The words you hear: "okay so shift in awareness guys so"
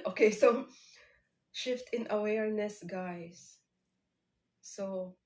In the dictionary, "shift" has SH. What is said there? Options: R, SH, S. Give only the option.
SH